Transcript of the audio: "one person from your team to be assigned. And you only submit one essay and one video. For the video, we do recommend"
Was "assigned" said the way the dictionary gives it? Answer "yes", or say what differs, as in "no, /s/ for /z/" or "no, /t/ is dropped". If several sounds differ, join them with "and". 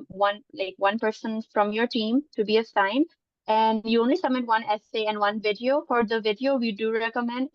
no, /d/ is dropped